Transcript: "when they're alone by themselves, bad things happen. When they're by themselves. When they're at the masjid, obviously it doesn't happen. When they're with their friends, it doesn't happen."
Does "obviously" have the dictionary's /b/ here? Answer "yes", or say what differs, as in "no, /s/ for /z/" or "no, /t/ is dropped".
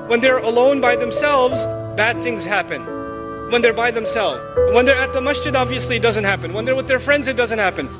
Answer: yes